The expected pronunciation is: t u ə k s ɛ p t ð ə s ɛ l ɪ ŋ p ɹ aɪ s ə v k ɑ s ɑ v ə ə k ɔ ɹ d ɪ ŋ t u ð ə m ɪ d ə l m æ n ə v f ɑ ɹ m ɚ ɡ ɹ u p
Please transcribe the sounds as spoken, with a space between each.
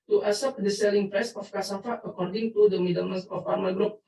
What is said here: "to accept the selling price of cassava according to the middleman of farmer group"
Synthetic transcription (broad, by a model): t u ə s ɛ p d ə s ɛ l ɪ ŋ p ɹ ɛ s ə f k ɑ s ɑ f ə ə k ɔ ɹ d ɪ ŋ t u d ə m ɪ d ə m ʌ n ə f ɑ ɹ m ɚ ɡ ɹ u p